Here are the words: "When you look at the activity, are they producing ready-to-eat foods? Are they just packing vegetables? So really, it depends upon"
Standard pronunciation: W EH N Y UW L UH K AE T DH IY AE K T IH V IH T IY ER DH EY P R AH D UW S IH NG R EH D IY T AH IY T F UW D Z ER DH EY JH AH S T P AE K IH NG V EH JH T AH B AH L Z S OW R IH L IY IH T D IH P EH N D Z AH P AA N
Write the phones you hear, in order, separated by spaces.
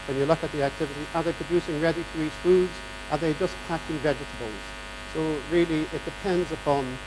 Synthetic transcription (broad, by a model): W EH N Y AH L UH K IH T DH IY AE K T IH V IH T IY ER DH EY P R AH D UW S IH NG R EH D IY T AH IY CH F UW D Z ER DH EY JH AH S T P AE K IH NG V EH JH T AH B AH L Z S OW R IH L IY IH T D IH P EH N D Z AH P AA N